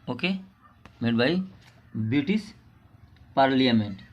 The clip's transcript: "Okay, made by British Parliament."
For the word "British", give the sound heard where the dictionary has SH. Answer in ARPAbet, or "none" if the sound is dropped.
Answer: S